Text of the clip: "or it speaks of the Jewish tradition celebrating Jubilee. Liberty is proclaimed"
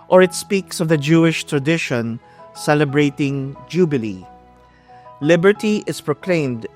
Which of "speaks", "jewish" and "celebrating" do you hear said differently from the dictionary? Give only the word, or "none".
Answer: none